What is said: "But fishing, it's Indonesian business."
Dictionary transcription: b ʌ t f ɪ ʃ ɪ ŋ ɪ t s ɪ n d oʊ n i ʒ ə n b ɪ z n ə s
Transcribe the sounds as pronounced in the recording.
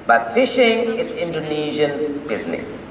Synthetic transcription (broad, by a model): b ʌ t f ɪ ʃ ɪ ŋ ɪ t s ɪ n d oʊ n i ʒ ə n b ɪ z n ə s